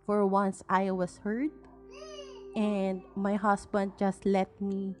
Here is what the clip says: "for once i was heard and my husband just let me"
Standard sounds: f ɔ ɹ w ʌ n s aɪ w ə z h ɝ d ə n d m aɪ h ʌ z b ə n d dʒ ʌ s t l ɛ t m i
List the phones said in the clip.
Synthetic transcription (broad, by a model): f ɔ ɹ w ʌ n s aɪ w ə s h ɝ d ə n d m aɪ h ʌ s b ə n d dʒ ʌ s t l ɛ t m i